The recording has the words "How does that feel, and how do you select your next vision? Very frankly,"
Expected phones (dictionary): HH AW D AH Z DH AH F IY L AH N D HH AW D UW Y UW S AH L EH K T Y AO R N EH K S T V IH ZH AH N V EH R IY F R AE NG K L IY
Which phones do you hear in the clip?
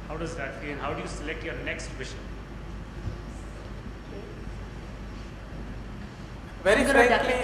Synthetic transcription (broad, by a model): HH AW D AH Z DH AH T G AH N HH AW D UW Y UW S AH L EH K T Y AO R N EH K S T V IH SH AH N V EH R IY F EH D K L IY